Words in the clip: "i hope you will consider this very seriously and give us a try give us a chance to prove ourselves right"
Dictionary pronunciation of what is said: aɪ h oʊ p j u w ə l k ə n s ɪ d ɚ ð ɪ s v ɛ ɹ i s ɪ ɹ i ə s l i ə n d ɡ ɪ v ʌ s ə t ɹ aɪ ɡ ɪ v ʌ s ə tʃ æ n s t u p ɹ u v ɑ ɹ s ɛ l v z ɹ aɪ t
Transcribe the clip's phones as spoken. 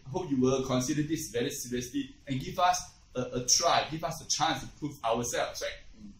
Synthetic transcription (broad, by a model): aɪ h oʊ p j u w ə l k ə n s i d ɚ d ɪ s v ɛ ɹ i s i ɹ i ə s l i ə n ɡ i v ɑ s ə t ɹ aɪ ɡ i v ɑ s ə tʃ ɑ n s t u p ɹ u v ɑ w s ɛ l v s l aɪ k